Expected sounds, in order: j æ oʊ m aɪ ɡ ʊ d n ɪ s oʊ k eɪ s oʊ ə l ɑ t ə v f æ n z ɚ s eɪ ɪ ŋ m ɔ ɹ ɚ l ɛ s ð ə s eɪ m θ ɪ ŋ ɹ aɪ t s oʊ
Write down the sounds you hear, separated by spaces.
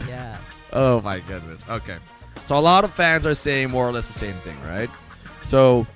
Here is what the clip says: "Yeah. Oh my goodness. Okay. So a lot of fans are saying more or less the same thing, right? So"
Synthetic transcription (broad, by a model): j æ oʊ m aɪ ɡ ʊ d n ɪ s oʊ k eɪ s oʊ ə l ɑ t ə v f æ n z ɚ s eɪ ɪ ŋ m ɔ ɹ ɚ l ɛ s ð ə s eɪ m θ ɪ ŋ ɹ aɪ t s oʊ